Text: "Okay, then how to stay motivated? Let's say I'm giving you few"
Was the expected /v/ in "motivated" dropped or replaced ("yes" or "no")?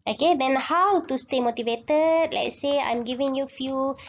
no